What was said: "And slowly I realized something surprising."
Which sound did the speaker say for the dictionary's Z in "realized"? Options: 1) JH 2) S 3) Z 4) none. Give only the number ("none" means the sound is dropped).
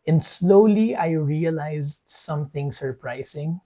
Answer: 3